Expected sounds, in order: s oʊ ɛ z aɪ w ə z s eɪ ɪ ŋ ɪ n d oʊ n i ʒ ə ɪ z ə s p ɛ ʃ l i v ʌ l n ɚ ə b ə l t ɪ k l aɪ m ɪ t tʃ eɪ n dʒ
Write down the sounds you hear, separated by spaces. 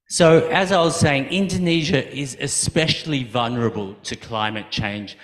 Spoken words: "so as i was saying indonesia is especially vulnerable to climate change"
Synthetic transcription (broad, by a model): s oʊ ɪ z aɪ w ə z s eɪ ɪ ŋ ɪ n d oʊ n i ʒ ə ɪ z ə s p ɛ ʃ l i v ʌ l n ɚ ə b ə l t ɪ k l aɪ m ɪ t tʃ eɪ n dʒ